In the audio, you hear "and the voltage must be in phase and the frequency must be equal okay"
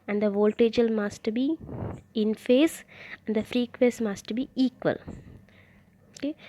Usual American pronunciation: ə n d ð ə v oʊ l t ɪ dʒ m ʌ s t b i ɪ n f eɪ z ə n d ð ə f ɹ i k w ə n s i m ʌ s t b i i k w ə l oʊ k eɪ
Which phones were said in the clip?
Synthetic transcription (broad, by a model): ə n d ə v oʊ l t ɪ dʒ m ʌ s t b i ɪ n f eɪ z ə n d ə f ɹ i k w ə s m ʌ s t b i i k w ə l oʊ k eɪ